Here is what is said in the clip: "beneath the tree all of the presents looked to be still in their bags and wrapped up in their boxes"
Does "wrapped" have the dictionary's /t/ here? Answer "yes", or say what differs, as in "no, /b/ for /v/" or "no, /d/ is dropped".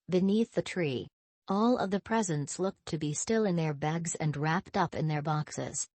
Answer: yes